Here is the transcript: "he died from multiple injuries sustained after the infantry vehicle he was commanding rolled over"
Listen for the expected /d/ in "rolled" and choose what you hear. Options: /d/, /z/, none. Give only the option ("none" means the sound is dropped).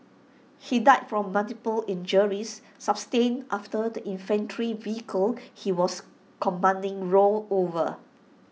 none